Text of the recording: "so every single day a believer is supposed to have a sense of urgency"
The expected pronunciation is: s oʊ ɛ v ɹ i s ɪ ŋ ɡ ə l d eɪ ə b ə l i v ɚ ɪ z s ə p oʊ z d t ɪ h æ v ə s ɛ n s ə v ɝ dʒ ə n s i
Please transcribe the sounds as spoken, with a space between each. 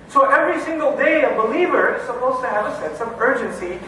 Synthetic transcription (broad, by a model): s oʊ ɛ v ɹ i s ɪ ŋ ɡ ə l d eɪ ə b ə l i v ɚ ɪ z s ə p oʊ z t ɪ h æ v ə s ɛ n s ə v ɝ dʒ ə n s i